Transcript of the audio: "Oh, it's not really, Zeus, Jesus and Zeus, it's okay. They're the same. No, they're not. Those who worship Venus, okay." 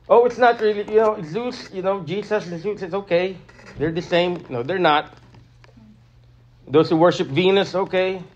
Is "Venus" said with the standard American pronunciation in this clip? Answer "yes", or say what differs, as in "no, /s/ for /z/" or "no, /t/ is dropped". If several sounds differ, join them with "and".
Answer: yes